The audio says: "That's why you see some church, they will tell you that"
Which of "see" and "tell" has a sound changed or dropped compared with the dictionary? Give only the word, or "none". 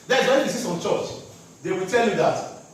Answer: none